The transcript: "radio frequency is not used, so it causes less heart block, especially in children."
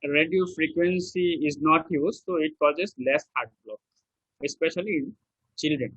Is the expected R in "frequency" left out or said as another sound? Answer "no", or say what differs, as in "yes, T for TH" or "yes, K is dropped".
no